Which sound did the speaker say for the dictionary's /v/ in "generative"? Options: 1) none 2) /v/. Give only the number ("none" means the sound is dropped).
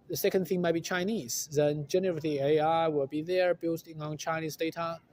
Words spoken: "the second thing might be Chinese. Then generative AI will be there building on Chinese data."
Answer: 1